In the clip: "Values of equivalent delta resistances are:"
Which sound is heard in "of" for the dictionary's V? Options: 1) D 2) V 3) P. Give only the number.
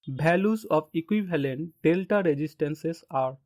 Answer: 3